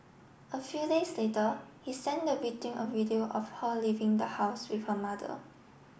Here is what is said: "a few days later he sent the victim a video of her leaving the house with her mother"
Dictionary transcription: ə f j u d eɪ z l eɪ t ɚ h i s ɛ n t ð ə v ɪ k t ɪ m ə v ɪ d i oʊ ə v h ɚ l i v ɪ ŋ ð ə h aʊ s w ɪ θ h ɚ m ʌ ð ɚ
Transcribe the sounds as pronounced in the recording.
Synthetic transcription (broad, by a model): ə f j u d eɪ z l eɪ t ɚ h i s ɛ n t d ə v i t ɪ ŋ ə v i d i oʊ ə f h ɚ l i v ɪ ŋ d ə h aʊ s w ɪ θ h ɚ m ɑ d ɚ